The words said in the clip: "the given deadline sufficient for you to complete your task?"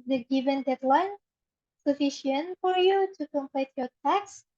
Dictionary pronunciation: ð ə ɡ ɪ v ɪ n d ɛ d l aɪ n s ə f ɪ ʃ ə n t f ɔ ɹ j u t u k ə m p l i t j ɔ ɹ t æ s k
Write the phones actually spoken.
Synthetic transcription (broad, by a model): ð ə ɡ ɪ v ɪ n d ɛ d l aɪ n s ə f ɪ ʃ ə n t f ɔ ɹ j u t u k ə m p l i t j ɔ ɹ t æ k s